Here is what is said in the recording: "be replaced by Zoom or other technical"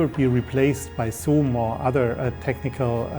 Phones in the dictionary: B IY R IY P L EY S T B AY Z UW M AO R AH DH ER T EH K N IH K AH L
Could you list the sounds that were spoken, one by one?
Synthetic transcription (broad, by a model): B IY R IY P L EY S T B AY S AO M AO R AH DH ER T EH K N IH K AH L